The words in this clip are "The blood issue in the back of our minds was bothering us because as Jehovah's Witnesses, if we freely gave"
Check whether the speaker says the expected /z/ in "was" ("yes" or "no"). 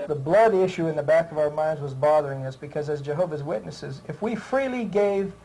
yes